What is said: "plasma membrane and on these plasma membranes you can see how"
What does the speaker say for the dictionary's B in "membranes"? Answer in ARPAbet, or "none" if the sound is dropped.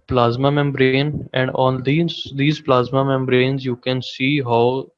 B